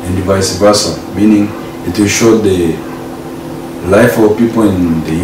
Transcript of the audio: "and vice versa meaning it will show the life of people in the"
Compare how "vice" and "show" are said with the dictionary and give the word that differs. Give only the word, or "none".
none